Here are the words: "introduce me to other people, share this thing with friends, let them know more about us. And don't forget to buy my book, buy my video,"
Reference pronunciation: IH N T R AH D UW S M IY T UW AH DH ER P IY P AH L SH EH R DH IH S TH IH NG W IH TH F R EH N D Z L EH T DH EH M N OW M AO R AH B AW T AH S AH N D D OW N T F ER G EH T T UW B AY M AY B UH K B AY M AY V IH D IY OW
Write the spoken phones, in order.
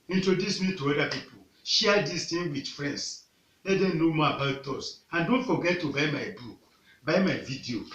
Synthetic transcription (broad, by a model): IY N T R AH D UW S M IY T UW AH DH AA P IY P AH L SH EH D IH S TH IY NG W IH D F R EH N D S L EH T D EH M N OW M AO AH B AW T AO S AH N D D OW N T F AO G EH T T UW B AY M AY B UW K B AY M AY V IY D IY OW